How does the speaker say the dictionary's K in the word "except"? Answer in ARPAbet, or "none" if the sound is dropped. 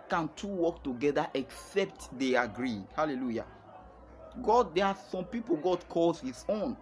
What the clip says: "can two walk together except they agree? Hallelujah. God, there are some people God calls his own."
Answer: K